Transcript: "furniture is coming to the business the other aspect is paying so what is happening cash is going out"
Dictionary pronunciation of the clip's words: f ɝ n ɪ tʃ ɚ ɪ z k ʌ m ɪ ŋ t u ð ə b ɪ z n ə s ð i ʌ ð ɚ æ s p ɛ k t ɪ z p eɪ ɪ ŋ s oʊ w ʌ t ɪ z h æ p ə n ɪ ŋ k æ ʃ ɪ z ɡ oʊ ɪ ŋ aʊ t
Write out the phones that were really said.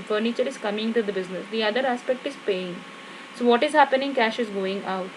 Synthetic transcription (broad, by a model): f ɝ n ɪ tʃ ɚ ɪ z k ʌ m ɪ ŋ t u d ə b ɪ z n ə s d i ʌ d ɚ æ s p ɛ k t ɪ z p eɪ ɪ ŋ s oʊ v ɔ t ɪ z h æ p ə n ɪ ŋ k æ ʃ ɪ z ɡ oʊ ɪ ŋ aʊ t